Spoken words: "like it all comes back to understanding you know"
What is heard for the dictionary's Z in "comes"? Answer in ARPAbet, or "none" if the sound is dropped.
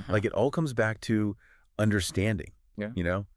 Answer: Z